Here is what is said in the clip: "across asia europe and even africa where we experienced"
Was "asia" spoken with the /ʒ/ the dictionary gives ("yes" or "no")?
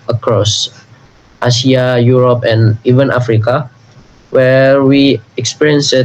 no